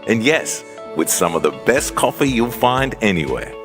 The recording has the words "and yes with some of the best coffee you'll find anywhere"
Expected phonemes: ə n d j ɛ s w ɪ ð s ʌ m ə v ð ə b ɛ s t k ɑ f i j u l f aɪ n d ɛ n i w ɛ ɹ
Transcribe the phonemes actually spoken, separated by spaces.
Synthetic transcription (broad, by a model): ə n j ɛ s w ɪ ð s ʌ m ə v ð ə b ɛ s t k ɑ f i j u l f aɪ n d ɛ n i w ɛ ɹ